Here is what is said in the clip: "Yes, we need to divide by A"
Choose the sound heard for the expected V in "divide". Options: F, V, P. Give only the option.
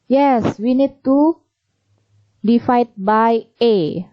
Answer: F